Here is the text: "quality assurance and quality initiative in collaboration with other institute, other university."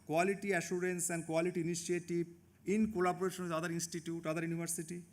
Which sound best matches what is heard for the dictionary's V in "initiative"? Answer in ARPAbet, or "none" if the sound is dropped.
B